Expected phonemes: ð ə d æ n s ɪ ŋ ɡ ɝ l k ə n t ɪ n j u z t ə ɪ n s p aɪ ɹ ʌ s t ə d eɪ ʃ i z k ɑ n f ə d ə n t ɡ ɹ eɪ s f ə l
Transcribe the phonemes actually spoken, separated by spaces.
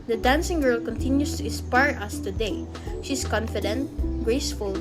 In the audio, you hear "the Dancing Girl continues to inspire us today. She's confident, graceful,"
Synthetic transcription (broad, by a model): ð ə d æ n s ɪ ŋ ɡ ɝ l k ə n t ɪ n j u s t ə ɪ s p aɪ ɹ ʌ s t ə d eɪ ʃ i s k ɑ n f ə d ə n t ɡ ɹ eɪ s f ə l